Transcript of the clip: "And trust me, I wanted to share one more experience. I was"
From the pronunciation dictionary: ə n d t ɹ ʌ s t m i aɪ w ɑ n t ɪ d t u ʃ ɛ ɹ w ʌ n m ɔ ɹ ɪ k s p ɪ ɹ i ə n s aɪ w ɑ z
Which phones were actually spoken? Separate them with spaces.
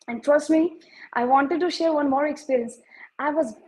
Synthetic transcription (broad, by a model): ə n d t ɹ ʌ s t m i aɪ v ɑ n t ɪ d t u ʃ ɛ ɹ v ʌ n m ɔ ɹ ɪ k s p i ɹ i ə n s aɪ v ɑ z